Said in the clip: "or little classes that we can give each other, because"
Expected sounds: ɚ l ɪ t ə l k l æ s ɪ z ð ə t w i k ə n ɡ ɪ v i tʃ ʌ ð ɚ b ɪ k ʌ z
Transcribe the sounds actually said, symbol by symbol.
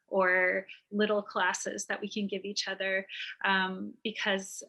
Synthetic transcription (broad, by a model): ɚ l ɪ t l k l æ s ɪ z ð ə t w i k ə n ɡ ɪ v i tʃ ʌ ð ɚ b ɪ k ʌ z